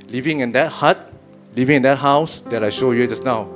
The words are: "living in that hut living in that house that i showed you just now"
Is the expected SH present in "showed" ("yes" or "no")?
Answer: yes